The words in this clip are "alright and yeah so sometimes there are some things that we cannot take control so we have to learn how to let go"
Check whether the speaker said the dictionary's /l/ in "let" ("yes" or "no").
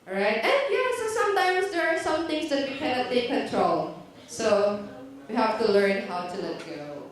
yes